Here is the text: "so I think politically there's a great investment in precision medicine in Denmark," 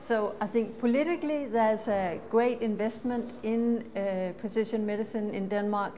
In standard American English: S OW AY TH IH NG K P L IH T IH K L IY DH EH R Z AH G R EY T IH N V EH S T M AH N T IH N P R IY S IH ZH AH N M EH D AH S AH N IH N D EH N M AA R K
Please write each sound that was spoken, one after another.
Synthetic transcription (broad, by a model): S OW AY TH IH NG K P L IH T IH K L IY DH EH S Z AH G R EY T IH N V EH S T M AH N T IH N P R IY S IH SH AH N M EH D AH S AH N IH N D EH N M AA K